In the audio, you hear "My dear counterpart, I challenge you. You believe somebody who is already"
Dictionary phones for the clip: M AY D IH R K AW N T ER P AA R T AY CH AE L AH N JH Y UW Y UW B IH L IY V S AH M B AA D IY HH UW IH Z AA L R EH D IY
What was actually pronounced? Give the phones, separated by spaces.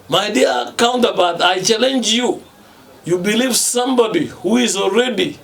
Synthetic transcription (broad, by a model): M AY D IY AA K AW N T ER B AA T AY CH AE L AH N JH Y UW Y UW B IH L IY V S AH M B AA D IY HH UW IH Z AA L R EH D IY